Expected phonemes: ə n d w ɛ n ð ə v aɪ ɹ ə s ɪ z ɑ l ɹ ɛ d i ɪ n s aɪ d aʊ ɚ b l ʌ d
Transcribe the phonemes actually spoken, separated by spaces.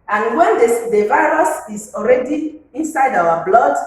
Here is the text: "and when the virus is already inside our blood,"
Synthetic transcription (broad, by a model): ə n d w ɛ n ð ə v aɪ ɹ ə s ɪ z ɑ l ɹ ɛ d i ɪ n s aɪ d aʊ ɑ b l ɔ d